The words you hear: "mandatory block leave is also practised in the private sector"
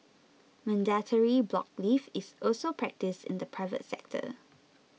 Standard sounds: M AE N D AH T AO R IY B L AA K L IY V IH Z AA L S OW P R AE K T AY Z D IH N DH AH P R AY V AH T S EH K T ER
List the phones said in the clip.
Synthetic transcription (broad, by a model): M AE N D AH T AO R IY B L AA K L IY F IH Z AA L S OW P R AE K T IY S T IH N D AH P R AY V AH T S EH K T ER